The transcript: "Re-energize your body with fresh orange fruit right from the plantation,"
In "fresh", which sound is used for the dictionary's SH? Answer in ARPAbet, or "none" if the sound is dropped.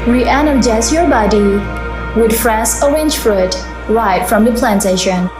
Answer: S